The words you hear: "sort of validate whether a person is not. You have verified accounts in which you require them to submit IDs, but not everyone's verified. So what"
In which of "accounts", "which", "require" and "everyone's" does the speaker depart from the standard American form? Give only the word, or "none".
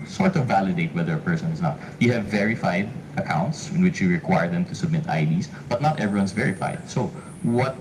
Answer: everyone's